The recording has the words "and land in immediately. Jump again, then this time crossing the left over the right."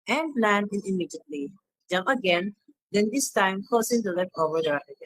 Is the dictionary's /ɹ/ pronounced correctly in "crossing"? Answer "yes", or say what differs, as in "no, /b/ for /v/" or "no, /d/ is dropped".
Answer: no, /ɹ/ is dropped